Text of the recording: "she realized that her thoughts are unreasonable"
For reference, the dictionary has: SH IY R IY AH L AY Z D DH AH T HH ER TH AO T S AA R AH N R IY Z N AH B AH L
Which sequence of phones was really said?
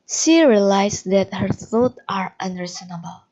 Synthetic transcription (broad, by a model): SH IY R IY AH L AY S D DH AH T HH ER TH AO T AA R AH N R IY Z N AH B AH L